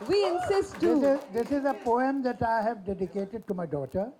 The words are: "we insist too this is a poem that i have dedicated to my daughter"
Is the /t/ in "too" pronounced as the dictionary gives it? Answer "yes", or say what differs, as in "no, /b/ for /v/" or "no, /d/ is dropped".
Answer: no, /s/ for /t/